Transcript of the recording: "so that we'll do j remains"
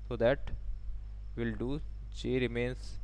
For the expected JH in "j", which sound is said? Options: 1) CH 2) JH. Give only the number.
1